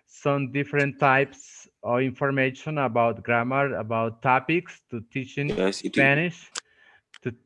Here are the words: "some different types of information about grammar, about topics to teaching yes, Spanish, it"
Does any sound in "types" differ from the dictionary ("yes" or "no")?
no